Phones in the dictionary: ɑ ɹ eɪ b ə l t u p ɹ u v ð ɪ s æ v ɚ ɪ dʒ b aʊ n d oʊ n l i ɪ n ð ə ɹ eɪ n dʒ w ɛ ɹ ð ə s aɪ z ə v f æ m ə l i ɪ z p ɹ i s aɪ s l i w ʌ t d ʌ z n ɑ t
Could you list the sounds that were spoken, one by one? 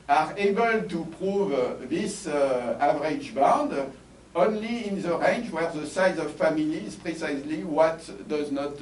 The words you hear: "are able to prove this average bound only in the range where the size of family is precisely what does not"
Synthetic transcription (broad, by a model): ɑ ɹ eɪ b ə l t u p ɹ u v ð ɪ s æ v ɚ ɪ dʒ b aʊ n d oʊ n l i ɪ n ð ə ɹ eɪ n dʒ w ɛ ɹ ð ə s aɪ z ə v f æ m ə l i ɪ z p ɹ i s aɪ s l i w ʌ t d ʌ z n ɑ t